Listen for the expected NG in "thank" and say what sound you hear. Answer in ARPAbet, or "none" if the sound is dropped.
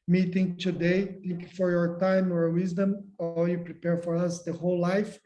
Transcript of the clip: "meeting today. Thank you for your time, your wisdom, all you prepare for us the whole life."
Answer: none